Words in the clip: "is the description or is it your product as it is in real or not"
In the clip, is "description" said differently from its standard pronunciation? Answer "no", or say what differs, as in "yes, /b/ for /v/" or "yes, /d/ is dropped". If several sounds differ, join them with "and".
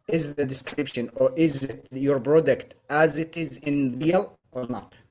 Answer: no